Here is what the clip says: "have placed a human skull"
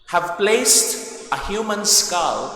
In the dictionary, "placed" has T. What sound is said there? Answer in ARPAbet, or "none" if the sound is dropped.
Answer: T